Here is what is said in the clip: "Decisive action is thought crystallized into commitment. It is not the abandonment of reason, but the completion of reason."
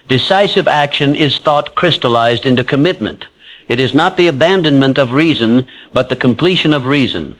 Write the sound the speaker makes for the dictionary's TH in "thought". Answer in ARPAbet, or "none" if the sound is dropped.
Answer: TH